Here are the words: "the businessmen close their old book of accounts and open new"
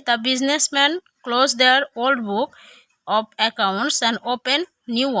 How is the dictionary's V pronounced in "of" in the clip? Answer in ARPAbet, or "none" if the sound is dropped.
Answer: B